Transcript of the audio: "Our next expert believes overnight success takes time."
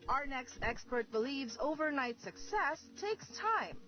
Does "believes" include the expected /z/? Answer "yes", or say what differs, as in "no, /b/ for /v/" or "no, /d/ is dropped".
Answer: yes